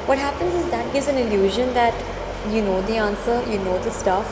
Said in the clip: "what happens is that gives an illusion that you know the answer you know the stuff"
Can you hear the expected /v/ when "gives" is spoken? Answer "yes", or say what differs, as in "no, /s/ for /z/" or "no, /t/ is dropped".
yes